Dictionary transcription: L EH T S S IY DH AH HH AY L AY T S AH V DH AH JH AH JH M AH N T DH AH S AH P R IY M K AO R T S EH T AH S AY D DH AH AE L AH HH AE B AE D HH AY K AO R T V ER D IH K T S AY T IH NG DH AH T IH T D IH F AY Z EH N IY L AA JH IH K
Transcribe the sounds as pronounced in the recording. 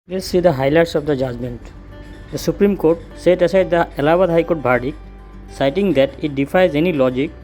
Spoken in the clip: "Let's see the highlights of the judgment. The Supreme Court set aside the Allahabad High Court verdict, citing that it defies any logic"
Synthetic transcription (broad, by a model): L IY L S S IY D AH HH AY L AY T S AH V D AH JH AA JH M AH N T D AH S AH P R IY M K AO R T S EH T AH S AY D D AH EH L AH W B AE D HH AY K AO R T B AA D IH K S AY T IH NG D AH T IH T D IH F AY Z EH N IY L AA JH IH K